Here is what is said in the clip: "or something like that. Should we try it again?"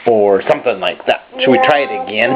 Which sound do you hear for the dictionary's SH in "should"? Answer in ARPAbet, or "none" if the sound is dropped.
S